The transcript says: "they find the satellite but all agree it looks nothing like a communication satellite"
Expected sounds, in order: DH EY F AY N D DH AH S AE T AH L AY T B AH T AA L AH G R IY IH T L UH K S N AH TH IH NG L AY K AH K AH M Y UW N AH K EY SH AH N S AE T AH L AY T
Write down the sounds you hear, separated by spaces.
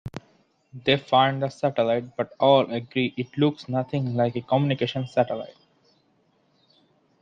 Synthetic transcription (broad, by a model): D EY F AY N D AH S AE T AH L AY T B AH T AA L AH G R IY IH T L UH K S N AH T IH NG L AY K AH K AH M Y UW N AH K EY SH AH N S AE T AH L AY T